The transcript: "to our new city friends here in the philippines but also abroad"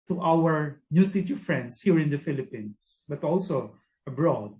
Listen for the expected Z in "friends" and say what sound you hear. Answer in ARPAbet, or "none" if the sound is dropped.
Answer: S